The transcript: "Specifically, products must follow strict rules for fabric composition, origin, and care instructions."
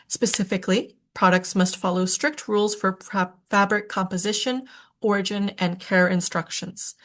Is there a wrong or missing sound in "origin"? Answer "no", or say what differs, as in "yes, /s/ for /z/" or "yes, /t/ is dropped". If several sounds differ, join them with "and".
no